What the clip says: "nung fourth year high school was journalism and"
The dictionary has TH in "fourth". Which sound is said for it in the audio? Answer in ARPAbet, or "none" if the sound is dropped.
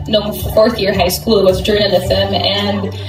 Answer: TH